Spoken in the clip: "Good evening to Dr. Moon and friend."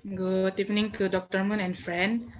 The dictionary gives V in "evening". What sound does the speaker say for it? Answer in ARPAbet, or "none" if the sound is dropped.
P